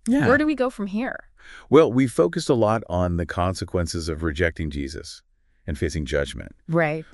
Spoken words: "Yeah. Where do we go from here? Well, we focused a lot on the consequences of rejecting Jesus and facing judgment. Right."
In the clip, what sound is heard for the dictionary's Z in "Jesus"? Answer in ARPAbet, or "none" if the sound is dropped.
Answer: Z